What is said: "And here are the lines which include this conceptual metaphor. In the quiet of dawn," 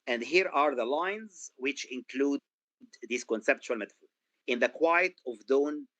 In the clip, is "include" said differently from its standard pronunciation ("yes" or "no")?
no